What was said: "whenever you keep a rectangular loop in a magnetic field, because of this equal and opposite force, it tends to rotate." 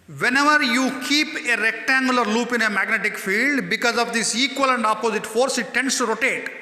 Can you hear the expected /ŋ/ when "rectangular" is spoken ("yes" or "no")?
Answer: yes